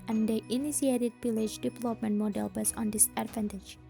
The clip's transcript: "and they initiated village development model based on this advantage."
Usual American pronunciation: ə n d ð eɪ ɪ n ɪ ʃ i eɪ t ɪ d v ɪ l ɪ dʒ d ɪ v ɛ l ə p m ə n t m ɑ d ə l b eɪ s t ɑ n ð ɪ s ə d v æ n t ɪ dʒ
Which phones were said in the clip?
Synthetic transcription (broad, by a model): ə n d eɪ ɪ n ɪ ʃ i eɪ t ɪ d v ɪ l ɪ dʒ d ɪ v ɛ l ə p m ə n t m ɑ d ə l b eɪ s ɑ n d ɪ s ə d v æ n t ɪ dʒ